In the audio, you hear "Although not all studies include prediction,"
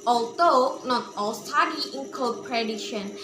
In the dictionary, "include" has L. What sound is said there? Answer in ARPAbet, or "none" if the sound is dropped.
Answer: none